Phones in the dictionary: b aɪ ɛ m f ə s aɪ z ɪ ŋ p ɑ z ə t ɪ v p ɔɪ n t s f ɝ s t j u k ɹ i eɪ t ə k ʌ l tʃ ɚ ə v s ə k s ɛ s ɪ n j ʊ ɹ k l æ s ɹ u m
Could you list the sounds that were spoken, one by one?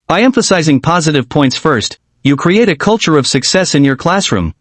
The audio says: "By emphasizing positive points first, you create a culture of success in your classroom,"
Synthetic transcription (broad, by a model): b aɪ ɛ m f ə s aɪ z ɪ ŋ p ɑ z ə t ɪ v p ɔɪ n t s f ɝ s t j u k ɹ i eɪ t ə k ʌ l tʃ ɚ ə v s ə k s ɛ s ɪ n j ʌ ɹ k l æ s ɹ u m